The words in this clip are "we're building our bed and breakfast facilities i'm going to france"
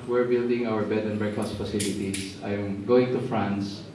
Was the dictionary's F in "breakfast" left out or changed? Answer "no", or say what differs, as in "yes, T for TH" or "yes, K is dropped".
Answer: yes, F is dropped